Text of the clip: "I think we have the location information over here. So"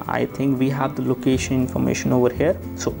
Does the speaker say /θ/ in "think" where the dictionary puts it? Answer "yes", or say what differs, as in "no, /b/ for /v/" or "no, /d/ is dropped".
no, /t/ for /θ/